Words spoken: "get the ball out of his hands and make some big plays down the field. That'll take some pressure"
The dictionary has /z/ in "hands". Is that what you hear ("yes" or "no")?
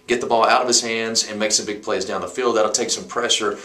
yes